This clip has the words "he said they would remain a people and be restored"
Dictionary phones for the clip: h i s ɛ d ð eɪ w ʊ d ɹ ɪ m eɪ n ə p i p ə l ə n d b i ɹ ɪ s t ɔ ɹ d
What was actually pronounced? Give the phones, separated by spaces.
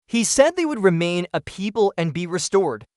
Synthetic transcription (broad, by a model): h i s ɛ d ð eɪ w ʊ d ɹ ɪ m eɪ n ə p i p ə l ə n b i ɹ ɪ s t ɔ ɹ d